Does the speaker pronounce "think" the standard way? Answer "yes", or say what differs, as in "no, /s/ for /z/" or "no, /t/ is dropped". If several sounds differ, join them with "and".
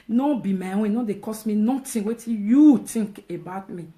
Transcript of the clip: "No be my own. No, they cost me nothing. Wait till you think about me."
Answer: no, /t/ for /θ/